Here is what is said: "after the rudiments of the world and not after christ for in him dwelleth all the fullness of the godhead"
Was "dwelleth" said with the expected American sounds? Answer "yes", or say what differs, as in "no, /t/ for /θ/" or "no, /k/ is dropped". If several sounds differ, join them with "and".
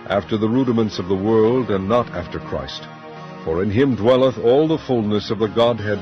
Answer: yes